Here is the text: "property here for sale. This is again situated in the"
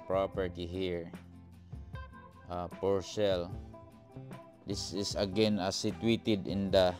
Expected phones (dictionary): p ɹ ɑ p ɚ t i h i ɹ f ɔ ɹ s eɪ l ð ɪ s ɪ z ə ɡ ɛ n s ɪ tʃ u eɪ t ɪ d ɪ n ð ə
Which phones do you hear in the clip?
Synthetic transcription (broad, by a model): p ɹ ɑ p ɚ t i h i ɹ p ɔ ɹ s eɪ l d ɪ s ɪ s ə ɡ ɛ n s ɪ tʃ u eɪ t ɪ d ɪ n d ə